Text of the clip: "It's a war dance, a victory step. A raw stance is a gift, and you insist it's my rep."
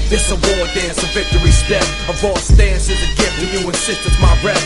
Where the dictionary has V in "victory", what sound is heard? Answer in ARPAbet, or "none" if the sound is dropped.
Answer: V